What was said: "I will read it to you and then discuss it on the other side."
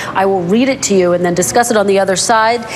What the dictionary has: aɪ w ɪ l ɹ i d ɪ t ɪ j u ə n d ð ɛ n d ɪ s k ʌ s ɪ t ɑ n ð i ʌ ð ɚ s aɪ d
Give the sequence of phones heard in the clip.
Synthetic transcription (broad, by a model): aɪ w ɪ l ɹ i d ɪ t ɪ j u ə n ð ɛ n d ɪ s k ʌ s ɪ t n ð i ʌ ð ɚ s aɪ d